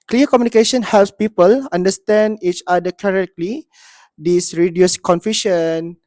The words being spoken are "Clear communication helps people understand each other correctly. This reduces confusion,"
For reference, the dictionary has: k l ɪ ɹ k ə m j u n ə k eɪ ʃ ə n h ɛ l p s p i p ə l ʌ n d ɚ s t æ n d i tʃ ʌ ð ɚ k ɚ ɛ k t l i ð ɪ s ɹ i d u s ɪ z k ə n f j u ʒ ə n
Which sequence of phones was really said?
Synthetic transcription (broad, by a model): k l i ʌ k ə m j u n ə k eɪ ʃ ə n h ɛ l p s p i p ə l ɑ n d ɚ s t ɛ n d i tʃ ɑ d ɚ k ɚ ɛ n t l i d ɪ s ɹ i d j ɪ s k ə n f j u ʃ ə n